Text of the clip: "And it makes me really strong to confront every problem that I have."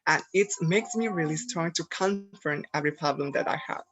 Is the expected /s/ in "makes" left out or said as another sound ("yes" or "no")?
no